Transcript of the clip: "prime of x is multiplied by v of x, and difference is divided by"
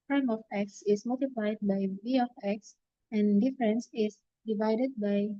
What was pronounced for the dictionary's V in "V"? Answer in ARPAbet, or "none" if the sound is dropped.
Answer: B